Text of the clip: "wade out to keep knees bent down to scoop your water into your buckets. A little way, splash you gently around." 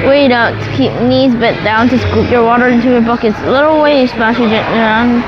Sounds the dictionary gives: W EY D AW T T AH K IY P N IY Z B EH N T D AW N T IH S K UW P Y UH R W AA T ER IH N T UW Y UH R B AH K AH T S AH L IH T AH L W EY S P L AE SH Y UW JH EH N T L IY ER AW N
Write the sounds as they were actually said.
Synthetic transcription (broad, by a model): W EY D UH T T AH K IY P N IY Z B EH T D AW N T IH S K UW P Y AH R W AA T ER IH N T UW Y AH R B AH K AH T S AH L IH T L W EY S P AE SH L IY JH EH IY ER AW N